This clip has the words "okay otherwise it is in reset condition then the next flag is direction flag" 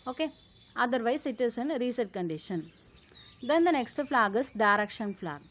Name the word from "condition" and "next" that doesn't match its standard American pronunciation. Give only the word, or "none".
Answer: none